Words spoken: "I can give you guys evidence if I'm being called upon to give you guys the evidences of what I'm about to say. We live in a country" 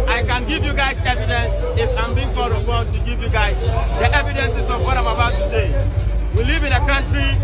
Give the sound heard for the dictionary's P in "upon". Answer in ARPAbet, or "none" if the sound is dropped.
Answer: B